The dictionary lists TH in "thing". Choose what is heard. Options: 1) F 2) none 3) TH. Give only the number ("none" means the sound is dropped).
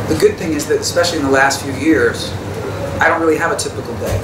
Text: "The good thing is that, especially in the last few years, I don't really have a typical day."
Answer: 3